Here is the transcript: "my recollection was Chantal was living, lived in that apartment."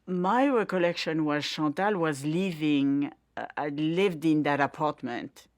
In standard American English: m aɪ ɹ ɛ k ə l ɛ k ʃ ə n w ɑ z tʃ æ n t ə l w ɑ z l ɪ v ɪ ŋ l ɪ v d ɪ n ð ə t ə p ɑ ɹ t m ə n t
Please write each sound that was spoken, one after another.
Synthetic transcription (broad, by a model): m aɪ ɹ ɛ k ə l ɛ k ʃ ə n w ɑ z ʃ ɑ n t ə l w ɑ z l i v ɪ ŋ l ɪ v d ɪ n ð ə t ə p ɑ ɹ t m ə n t